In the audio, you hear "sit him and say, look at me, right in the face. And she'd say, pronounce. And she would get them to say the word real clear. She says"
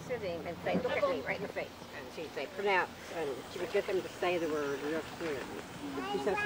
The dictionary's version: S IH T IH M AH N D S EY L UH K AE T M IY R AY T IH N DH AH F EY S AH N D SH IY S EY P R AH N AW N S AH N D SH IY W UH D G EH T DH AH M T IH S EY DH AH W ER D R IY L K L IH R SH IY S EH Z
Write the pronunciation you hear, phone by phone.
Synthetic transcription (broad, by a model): S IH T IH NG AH N S EY L UH K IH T M IY R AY IH N DH AH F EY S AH N SH IY S EY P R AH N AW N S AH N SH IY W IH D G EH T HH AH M T IH S EY DH AH W ER D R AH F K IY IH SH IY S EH